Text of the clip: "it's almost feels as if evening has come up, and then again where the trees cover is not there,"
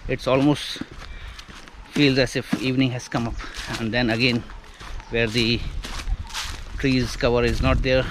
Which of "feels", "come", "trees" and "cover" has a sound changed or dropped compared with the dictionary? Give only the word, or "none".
none